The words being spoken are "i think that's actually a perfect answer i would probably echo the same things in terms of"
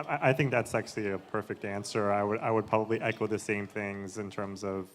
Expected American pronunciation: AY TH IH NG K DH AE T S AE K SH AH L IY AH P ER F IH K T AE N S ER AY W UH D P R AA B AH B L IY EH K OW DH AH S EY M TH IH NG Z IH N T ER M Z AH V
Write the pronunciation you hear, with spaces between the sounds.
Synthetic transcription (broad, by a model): AY TH IH NG K DH AE T S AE K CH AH L IY AH P ER F IH K T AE N S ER AY W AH D P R AA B AH B L IY EH K OW DH AH S EY M TH IH NG Z IH N T ER M Z AH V